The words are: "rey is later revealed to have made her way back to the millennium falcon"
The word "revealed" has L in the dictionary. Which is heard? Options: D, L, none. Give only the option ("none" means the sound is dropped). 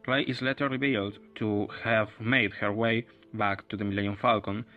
L